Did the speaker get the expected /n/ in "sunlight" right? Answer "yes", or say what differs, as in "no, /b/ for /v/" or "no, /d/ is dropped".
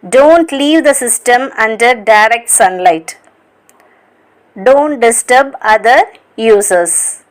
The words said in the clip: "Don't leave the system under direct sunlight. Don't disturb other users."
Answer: yes